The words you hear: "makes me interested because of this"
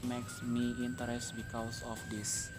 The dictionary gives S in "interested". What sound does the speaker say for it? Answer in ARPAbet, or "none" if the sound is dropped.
none